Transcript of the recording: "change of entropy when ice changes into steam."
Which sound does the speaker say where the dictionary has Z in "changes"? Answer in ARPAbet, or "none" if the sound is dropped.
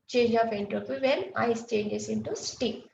S